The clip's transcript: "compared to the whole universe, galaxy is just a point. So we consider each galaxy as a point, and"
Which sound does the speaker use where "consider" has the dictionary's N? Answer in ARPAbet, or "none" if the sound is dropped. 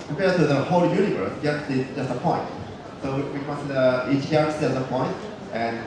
none